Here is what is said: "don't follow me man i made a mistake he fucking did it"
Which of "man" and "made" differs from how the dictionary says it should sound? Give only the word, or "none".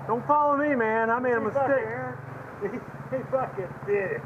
none